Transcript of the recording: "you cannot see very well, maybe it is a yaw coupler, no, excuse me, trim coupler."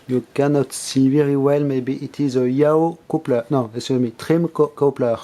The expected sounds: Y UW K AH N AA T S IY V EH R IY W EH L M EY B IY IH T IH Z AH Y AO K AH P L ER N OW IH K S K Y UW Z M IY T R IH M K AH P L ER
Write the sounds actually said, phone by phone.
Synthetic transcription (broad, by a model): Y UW K AH N AA T S IY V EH R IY W EH L M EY B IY IH T IH Z AH Y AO K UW P L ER N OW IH S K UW M IY T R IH M K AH P L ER